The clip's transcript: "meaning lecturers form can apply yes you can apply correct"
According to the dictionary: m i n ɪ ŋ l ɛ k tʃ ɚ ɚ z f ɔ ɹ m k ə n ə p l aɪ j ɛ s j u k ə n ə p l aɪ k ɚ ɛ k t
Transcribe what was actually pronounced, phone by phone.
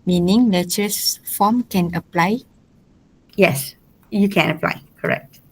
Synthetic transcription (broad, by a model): m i n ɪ ŋ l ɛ tʃ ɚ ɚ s f ɔ m k ə n ə p l aɪ j ɛ s j u k ə n ə p l aɪ k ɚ ɛ k t